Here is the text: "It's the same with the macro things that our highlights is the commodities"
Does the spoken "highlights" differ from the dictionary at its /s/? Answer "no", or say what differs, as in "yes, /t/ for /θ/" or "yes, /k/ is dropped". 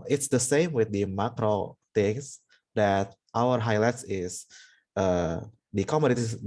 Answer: no